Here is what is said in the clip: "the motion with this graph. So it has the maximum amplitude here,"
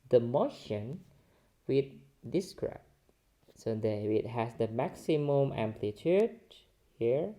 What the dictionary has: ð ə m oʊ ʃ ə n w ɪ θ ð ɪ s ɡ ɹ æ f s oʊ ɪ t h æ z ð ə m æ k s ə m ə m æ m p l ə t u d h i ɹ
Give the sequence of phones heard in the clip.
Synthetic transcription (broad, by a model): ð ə m oʊ ʃ ə n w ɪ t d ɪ s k ɹ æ p s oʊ ɪ t h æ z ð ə m æ k s ə m ə m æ m p l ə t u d h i ɹ